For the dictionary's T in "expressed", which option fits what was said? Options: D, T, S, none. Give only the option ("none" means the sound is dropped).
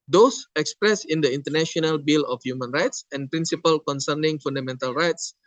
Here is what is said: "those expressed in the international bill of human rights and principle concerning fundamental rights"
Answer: none